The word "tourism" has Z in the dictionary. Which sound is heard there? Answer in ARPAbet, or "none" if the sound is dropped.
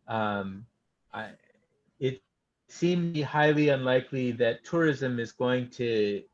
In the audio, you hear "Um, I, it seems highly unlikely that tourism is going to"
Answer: Z